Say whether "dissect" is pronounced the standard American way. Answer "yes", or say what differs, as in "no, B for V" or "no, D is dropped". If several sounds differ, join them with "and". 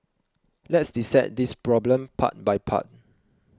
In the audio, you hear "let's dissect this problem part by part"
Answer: no, K is dropped